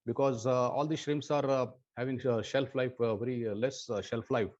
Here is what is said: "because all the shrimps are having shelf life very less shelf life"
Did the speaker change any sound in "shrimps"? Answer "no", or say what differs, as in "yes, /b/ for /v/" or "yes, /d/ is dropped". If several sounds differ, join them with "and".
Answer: yes, /p/ is dropped